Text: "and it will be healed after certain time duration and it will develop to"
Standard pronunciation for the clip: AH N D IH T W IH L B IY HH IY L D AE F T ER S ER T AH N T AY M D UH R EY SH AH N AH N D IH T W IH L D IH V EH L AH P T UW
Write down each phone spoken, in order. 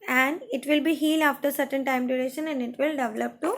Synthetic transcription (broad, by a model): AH N D IH T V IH L B IY HH IY L AE F T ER S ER T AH N T AY M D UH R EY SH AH N AH N D IH T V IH L D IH V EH L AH P T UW